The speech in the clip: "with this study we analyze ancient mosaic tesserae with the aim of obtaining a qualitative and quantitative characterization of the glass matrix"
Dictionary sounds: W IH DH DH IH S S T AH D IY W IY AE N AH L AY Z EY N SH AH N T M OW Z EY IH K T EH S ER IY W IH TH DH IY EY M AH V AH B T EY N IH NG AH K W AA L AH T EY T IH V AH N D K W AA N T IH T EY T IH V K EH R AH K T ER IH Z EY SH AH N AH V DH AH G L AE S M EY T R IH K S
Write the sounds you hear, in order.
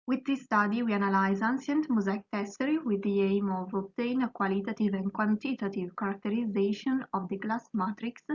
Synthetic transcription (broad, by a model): W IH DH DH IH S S T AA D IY W IY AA N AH L AY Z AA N S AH N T M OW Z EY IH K T EH S ER IY W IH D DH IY EY M AH V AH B T EY N AH K W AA L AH T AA T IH V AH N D K W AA N T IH T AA T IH V K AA R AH K T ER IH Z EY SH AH N AH V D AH G L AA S M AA T R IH K S